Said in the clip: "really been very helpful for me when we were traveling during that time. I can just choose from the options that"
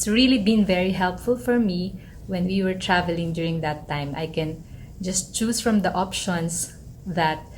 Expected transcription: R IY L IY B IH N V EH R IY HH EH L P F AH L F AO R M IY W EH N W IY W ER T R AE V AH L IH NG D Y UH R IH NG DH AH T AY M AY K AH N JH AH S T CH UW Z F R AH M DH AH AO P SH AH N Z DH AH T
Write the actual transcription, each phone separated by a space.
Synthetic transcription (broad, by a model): R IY L IY B IH N V EH R IY HH EH L P F AH L F AO R M IY W EH N W IY W ER T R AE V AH L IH NG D Y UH R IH NG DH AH T AY M AY K AH N JH AH S T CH UW S F R AH M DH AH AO P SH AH N S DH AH T